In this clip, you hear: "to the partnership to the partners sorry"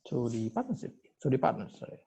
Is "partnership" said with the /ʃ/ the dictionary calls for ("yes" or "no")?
no